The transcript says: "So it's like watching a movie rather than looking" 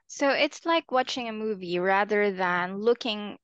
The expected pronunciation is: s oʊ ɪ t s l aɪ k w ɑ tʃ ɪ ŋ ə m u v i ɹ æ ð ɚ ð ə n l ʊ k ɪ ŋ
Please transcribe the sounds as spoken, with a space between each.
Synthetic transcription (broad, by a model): s oʊ ɪ t s l aɪ k w ɑ tʃ ɪ ŋ ə m u v i ɹ æ ð ɚ ð ə n l ʊ k ɪ ŋ